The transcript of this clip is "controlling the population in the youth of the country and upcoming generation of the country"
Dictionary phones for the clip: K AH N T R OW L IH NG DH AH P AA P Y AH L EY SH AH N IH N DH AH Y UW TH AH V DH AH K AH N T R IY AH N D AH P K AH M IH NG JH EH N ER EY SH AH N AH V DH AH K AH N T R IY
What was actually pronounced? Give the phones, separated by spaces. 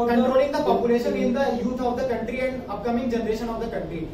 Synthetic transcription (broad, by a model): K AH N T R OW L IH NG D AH P AA P Y AH L EY SH AH N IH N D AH Y UW T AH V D AH K AH N T R IY AH N D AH P K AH M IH NG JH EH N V EY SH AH N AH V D AH K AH N T R IY